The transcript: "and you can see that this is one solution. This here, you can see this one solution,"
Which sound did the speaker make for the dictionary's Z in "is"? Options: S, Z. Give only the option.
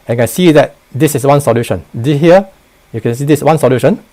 S